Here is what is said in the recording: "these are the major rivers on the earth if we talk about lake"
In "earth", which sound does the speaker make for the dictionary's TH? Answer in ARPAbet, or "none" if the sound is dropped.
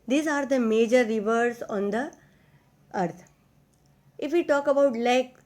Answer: T